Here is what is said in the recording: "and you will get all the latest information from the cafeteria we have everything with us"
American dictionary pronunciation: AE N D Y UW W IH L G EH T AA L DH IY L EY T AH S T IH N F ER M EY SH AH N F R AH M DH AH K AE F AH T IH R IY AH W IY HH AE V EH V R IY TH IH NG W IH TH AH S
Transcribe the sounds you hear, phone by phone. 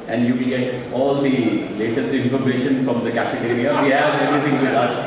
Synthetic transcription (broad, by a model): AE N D Y UW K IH N G EH T AA L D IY L EY T AH S T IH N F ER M EY SH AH N F R AH M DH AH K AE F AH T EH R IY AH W IY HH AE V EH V R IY T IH NG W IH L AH